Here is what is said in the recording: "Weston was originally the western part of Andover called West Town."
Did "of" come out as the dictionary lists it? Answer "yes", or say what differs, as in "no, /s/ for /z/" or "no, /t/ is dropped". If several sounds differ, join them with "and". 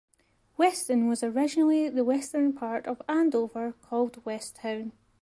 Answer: yes